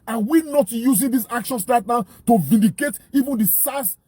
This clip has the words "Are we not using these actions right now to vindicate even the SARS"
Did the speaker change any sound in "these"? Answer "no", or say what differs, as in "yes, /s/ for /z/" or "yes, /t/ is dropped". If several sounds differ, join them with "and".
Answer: yes, /s/ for /z/